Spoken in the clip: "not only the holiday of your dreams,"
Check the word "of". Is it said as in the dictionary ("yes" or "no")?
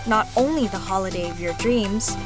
yes